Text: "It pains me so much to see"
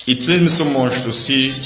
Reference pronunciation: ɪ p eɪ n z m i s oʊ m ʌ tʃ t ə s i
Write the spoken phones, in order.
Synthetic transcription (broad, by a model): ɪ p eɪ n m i s oʊ m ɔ ʃ t ə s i